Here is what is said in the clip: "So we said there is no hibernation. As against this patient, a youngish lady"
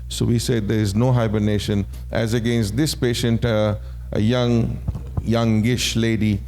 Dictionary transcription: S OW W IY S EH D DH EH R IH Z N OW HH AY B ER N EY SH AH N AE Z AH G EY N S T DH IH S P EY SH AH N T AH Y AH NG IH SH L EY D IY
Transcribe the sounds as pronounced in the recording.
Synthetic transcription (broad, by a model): S OW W IY S EH D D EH R IH Z N OW HH AY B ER N EY SH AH N AE Z AH G EY N S T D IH S P EY SH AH N T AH Y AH NG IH SH L EY D IY